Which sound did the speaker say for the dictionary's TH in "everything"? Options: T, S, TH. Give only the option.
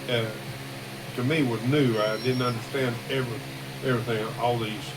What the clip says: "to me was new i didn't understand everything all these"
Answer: TH